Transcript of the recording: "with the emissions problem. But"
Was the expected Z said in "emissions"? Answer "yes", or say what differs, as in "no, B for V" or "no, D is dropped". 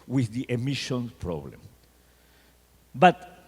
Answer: no, Z is dropped